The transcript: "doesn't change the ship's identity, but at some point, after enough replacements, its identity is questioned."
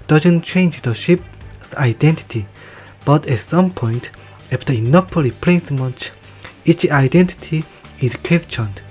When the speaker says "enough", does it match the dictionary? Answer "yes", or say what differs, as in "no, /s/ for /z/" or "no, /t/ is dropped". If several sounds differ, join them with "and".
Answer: no, /p/ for /f/